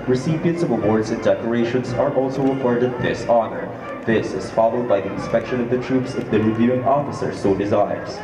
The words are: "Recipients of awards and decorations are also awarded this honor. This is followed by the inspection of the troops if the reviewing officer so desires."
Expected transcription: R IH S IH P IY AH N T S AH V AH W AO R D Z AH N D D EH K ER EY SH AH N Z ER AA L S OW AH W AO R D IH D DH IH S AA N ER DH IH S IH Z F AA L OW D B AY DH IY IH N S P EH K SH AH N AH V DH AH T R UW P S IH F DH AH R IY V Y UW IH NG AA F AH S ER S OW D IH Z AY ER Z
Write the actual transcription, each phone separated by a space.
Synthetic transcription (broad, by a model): R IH S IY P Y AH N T S AH V AH W AO R D Z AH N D D EH K ER EY SH AH N Z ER AA L S OW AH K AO R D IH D DH IH S AA N ER DH IH S IH Z F AA L OW D B AY DH IY IH N S P EH K SH AH N AH V DH AH T R UW P S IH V DH AH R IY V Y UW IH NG AA F AH S ER S OW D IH Z AY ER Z